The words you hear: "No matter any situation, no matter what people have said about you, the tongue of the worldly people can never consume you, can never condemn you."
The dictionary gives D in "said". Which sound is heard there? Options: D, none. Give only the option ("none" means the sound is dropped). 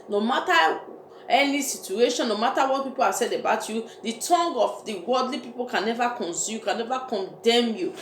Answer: D